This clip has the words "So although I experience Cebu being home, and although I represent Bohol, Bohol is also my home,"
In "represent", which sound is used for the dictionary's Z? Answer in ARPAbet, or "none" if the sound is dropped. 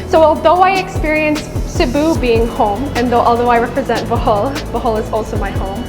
Z